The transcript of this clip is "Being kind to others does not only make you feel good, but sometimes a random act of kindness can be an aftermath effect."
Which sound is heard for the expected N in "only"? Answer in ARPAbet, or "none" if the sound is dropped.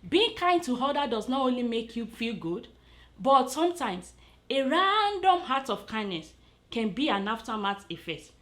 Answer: N